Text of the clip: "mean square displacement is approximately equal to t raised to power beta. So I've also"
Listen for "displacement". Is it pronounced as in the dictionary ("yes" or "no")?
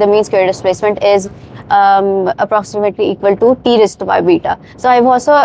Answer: yes